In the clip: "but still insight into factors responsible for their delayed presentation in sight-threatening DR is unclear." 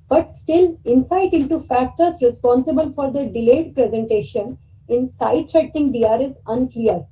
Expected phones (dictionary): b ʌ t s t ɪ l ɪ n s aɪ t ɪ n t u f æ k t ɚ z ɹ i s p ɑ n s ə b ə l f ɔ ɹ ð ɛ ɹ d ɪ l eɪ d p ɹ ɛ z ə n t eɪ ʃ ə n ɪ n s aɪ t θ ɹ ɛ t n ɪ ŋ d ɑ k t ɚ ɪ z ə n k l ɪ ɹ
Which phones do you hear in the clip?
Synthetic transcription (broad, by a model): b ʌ t s t ɪ l ɪ n s aɪ t ɪ n t u f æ k t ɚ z ɹ i s p ɑ n s ə b ə l f ɔ ɹ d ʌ d ɪ l eɪ d p ɹ ɛ z ə n t eɪ ʃ ə n ɪ n s aɪ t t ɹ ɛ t ɪ ŋ d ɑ t ɪ z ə n k l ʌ ɹ